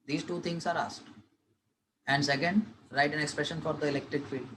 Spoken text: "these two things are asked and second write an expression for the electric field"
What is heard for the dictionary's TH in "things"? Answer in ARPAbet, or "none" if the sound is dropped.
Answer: T